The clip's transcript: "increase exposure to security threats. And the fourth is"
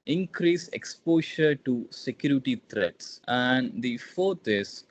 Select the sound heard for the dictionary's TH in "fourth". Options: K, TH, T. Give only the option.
T